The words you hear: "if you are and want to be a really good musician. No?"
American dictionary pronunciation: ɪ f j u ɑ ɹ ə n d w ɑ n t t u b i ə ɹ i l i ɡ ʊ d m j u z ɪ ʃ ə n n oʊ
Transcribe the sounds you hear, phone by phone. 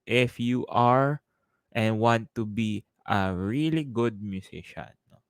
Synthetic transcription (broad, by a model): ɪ f j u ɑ ɹ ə n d w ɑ n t t u b i ə ɹ i l i ɡ ʊ d m j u s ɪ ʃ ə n n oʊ